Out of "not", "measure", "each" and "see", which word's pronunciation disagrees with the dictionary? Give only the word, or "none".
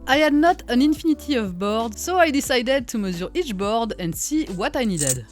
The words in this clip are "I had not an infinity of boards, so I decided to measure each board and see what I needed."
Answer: measure